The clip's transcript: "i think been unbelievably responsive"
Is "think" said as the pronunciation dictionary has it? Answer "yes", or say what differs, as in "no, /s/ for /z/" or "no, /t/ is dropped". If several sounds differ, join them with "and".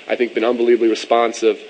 yes